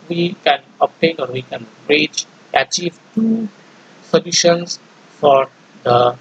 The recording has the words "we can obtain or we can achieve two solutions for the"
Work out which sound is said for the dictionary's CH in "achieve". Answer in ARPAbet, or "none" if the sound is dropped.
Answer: CH